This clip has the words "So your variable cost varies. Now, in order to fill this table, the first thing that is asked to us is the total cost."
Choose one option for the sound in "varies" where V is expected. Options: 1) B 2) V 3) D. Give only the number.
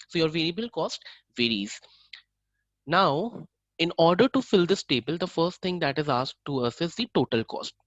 2